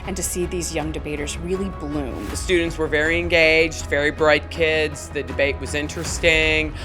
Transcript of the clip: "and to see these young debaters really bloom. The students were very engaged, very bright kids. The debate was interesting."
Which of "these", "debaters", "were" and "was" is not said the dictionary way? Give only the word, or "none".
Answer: none